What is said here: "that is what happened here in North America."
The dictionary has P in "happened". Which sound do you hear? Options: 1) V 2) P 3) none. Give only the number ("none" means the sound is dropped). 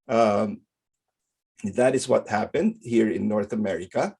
2